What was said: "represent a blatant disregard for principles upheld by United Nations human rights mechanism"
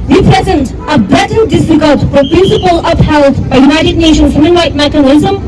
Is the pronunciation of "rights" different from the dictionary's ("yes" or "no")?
yes